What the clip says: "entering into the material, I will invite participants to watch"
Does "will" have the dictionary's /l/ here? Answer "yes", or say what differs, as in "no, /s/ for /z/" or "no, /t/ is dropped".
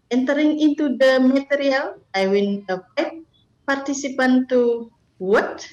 no, /n/ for /l/